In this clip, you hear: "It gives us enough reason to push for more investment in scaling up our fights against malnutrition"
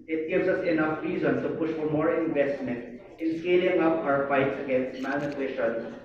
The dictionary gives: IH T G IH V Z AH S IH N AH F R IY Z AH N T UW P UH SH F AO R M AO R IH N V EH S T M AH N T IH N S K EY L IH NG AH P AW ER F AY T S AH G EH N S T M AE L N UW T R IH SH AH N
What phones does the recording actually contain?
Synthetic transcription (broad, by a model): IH T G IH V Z AH S IH N AH F R IY Z AH N T UW P UH SH F AO R M AO R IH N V EH S T M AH N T IH N S K EY L IH NG AH P AW ER F AY T S AH G EH N S T M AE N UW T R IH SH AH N